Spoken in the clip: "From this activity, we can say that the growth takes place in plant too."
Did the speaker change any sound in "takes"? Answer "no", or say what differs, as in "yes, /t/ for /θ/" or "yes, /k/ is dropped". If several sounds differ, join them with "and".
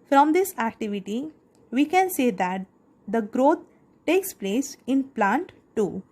no